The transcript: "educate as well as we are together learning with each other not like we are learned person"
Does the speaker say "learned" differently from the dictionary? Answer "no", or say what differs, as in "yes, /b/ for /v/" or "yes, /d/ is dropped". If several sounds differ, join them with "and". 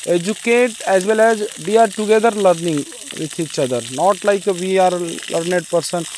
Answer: no